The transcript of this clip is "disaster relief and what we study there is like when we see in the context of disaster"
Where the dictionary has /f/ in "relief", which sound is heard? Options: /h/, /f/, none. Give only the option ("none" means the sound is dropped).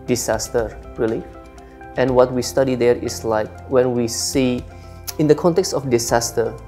none